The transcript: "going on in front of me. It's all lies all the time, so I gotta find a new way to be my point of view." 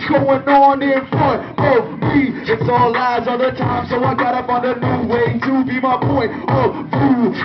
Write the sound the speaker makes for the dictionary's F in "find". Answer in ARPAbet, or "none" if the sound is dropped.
P